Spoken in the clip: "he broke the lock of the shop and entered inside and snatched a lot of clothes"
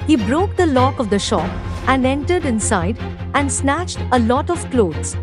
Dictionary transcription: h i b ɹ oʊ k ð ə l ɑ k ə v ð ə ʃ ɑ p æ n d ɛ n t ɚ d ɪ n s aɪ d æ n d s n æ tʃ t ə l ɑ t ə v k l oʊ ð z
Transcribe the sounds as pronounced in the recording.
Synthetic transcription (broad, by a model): h i b ɹ oʊ k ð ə l ɑ k ə v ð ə ʃ ɑ p æ n d ɛ n t ɚ d ɪ n s aɪ d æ n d s n æ tʃ t ə l ɑ t ə v k l oʊ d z